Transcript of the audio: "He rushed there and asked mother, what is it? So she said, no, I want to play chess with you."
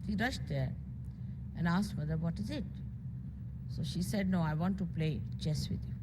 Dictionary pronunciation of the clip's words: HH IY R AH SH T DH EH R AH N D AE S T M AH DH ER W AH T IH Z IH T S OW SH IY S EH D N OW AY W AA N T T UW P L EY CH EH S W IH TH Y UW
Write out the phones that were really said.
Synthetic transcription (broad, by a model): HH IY R AH SH T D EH R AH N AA S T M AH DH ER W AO T IH Z IH T S OW SH IY S EH D N OW AY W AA N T T UW P L EY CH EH S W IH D Y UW